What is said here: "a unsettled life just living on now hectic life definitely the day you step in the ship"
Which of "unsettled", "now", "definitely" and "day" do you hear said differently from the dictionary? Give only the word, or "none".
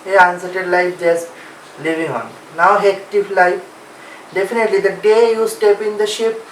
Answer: unsettled